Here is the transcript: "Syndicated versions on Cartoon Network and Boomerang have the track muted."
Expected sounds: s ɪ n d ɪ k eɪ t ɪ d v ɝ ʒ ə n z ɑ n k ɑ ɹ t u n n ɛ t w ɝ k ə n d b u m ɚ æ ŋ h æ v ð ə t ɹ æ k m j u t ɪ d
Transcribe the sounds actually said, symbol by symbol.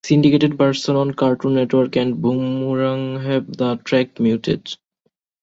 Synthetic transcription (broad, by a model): s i n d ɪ k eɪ t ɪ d p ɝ s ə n ɑ n k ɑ ɹ t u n n ɛ t w ɝ k ə n d b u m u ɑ ŋ h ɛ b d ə t ɹ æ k m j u t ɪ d